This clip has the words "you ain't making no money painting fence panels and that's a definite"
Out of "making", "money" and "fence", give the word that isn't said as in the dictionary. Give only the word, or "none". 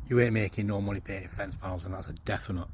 money